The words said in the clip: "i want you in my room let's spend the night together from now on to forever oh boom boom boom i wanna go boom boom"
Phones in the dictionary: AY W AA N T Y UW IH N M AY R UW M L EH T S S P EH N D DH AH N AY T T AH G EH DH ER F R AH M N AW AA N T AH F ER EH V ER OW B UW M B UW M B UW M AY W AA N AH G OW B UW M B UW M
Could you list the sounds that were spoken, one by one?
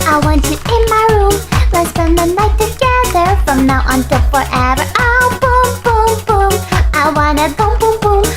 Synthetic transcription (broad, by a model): AY W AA N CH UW IH N M AY R UW M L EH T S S EH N DH AH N AY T T AH G EH DH ER F R AH M N AW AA N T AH F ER EH V ER OW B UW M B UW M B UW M AY W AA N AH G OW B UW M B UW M